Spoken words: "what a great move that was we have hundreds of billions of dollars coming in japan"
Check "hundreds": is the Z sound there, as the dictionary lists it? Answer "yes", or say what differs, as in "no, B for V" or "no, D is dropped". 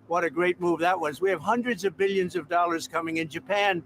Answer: yes